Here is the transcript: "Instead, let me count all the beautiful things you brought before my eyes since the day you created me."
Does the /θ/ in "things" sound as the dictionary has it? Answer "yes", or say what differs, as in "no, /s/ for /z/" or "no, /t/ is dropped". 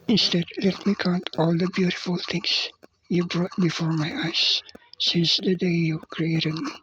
no, /t/ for /θ/